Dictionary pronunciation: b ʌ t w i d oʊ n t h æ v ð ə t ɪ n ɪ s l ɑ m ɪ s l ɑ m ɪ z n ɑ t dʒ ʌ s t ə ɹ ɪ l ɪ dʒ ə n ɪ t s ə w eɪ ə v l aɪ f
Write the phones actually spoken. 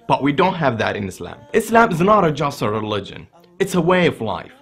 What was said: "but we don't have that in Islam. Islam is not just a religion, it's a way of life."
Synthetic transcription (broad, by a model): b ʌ t w i d oʊ n t h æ v ð ə t ɪ n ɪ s l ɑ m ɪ s l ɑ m ɪ z n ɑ t dʒ ʌ s t ə ɹ ɪ l ɪ dʒ ə n ɪ t s ə w eɪ ə v l aɪ f